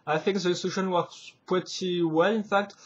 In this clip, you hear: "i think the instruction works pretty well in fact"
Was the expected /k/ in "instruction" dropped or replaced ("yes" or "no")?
yes